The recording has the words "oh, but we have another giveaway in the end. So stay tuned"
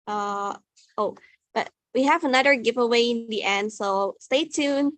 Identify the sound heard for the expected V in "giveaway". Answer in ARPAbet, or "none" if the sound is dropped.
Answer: V